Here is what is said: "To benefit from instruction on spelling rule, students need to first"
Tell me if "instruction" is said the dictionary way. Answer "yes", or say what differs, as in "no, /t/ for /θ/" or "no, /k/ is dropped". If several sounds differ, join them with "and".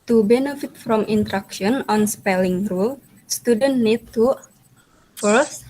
no, /s/ is dropped